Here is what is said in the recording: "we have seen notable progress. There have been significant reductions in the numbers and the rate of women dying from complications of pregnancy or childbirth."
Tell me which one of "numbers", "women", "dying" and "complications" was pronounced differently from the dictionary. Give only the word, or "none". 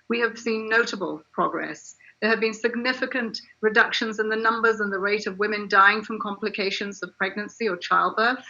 none